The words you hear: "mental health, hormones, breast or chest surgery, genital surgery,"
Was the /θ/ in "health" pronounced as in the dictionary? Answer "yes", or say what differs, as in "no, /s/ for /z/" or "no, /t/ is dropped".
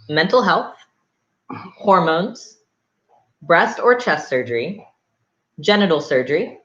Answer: yes